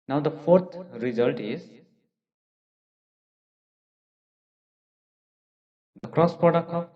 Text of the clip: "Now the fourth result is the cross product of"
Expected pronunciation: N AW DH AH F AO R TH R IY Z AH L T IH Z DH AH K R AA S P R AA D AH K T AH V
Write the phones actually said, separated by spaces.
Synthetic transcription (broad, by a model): N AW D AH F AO R T R IY Z AH L T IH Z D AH K R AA S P AA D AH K AH